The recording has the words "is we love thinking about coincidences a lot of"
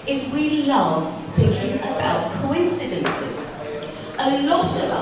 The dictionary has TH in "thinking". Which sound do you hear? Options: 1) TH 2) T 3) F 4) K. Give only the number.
1